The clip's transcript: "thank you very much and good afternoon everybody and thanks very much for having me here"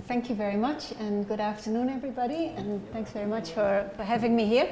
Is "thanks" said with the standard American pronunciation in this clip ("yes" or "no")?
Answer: yes